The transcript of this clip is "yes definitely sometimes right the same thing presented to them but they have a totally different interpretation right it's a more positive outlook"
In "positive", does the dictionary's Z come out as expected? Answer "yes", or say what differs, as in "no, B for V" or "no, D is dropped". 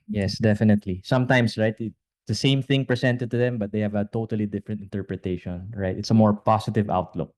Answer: no, S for Z